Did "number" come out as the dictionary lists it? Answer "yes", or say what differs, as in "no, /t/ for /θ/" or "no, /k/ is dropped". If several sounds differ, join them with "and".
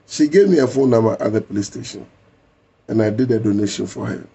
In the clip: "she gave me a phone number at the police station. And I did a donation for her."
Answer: no, /b/ is dropped